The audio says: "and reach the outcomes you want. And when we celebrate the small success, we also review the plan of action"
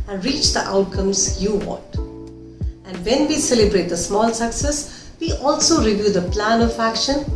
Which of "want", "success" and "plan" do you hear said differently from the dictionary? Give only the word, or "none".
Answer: want